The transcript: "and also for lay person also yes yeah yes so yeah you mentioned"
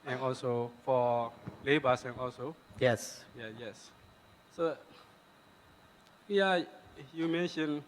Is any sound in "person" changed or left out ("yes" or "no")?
yes